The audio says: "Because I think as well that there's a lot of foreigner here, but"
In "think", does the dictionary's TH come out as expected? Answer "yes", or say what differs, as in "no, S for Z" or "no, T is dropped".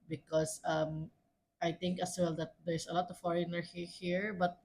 no, T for TH